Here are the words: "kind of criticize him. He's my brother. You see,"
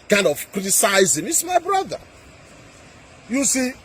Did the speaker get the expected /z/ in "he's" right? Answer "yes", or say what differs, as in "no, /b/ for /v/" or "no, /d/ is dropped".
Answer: no, /s/ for /z/